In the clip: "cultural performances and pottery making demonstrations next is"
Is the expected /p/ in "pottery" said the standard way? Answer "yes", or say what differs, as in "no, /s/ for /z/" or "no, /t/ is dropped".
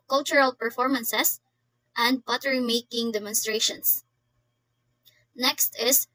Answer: no, /b/ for /p/